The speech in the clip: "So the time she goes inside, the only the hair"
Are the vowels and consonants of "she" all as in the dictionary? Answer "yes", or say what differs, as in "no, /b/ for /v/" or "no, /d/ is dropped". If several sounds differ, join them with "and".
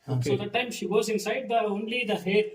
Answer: yes